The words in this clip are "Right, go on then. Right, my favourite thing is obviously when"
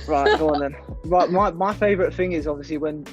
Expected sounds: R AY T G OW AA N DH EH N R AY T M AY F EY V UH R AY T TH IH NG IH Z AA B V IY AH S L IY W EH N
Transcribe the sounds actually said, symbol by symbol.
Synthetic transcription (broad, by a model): R AY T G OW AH N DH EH N R AY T M AY F EY V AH R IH T TH IH NG IH Z AA B V IY AH S L IY W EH N